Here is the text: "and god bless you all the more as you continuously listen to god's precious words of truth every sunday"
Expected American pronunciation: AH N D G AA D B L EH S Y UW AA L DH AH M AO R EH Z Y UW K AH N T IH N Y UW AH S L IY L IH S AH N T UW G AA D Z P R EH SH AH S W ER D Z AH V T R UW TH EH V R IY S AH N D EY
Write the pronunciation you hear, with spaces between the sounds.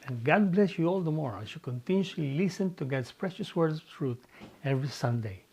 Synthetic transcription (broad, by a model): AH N G AA D B L EH S Y UW AA L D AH M AO R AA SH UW K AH N T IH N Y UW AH L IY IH S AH N T UW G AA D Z P R EH SH AH S W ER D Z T R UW T EH V R IY S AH N D EY